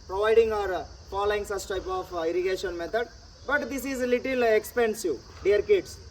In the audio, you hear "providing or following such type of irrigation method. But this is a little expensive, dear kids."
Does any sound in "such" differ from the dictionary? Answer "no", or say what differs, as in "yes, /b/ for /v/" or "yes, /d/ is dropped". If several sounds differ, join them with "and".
yes, /s/ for /tʃ/